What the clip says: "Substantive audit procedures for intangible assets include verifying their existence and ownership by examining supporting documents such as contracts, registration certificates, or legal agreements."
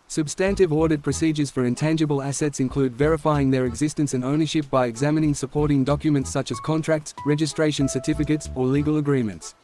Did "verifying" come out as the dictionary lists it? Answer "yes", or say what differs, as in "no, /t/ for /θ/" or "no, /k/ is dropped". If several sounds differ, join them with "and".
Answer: yes